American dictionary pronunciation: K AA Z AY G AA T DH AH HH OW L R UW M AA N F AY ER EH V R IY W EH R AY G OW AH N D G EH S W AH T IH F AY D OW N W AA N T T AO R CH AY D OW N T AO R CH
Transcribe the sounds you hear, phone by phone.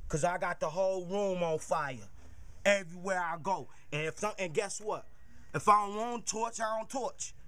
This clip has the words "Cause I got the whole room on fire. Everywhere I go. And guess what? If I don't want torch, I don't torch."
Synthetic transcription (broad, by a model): K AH Z AY G AA T DH AH HH OW L R UW M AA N F AY ER EH V R IY W EH R AY G OW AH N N G EH S W AH T IH F AY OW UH N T T AO R CH AY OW N T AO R CH